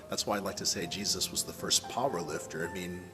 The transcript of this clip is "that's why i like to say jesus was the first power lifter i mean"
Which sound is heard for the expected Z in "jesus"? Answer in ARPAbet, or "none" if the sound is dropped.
Z